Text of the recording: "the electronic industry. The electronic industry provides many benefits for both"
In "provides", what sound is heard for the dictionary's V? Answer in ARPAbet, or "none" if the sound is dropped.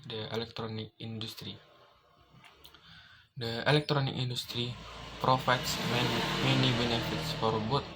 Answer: F